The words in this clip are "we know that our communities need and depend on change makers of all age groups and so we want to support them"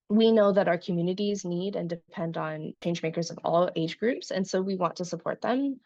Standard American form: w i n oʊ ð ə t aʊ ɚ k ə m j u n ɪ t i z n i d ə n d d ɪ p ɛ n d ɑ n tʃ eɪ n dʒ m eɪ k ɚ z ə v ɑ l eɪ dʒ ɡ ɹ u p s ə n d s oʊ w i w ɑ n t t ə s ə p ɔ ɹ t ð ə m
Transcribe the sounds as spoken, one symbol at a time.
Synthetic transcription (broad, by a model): w i n oʊ ð ə t aʊ ɚ k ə m j u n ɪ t i z n i d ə n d d ɪ p ɛ n d n tʃ eɪ n dʒ m eɪ k ɚ z ə v ɑ l eɪ dʒ ɡ ɹ u p s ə n s oʊ w i w ɑ n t t ə s ə p ɔ ɹ t ð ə m